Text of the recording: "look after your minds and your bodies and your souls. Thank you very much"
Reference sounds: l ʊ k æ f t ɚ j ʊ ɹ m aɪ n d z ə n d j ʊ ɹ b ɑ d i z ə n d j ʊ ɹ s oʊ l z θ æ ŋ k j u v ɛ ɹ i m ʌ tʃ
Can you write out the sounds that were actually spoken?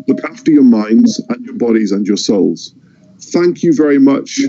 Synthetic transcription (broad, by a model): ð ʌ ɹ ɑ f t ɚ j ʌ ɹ m aɪ n d z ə n j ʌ ɹ b ɑ d i z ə n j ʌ ɹ s oʊ l z θ æ ŋ k j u v ɛ ɹ i m ʌ tʃ